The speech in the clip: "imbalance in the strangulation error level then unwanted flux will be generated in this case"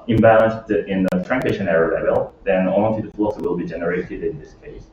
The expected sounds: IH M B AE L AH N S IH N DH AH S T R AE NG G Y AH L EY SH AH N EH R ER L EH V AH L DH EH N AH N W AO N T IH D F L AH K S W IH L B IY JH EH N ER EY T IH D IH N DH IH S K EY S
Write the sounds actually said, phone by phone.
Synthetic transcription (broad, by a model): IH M B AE L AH N S IH N DH AH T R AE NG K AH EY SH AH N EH R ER L EH V AH L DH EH N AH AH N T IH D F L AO S W IH L B IY JH EH N ER EY T IH D IH N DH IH S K EY S